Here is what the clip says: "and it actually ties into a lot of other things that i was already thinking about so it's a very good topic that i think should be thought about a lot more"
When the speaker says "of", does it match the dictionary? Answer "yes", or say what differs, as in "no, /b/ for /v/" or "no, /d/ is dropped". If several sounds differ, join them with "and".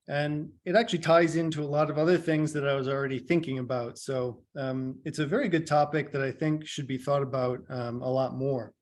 yes